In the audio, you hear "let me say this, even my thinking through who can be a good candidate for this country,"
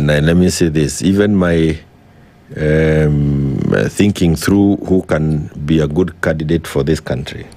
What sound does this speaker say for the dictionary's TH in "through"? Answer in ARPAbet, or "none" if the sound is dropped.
TH